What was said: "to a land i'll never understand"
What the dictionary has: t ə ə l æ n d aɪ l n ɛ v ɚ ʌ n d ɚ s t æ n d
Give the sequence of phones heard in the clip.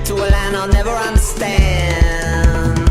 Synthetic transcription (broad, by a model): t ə ə l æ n aɪ l n ɛ v ɚ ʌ n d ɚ s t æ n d